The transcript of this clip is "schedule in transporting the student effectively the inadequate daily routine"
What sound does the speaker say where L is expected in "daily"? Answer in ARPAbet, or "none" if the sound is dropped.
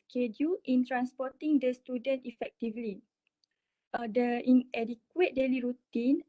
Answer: L